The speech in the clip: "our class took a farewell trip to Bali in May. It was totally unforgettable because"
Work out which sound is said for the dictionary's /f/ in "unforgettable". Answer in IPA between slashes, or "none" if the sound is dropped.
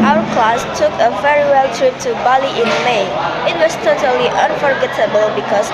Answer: /f/